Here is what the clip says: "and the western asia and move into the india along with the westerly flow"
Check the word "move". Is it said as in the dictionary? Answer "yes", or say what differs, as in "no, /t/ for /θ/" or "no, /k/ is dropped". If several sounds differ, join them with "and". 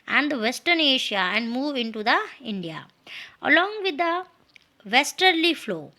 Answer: yes